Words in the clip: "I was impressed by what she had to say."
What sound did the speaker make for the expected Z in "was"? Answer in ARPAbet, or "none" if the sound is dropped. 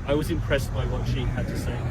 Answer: Z